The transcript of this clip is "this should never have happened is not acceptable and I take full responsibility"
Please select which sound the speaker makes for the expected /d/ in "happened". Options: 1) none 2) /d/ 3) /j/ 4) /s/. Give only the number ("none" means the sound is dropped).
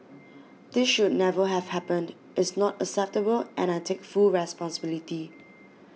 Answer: 2